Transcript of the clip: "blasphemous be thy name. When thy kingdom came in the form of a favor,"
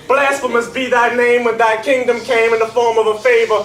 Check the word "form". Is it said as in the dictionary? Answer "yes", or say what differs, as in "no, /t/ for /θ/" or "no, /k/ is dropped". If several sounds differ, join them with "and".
yes